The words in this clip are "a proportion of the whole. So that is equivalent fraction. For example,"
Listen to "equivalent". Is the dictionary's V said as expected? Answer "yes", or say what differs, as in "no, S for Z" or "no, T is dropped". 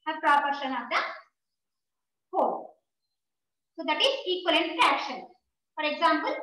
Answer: no, V is dropped